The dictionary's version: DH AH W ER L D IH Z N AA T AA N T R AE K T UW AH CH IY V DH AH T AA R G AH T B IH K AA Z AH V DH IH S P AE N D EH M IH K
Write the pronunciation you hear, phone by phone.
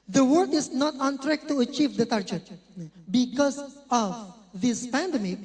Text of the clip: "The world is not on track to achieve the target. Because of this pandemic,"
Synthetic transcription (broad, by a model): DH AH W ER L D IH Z N AA T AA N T R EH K T UW AH CH IY V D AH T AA R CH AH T B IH K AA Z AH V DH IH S P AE N D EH M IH K